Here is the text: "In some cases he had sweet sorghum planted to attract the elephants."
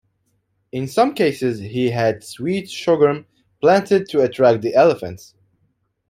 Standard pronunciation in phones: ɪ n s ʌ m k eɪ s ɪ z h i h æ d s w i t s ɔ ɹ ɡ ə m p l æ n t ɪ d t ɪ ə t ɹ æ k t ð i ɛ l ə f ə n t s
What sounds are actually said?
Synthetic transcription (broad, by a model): ɪ n s ʌ m k eɪ s ɪ z h i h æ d s w i t ʃ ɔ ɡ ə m p l æ n t ɪ d t ɪ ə t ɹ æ k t ð i ɛ l ə f ə n t s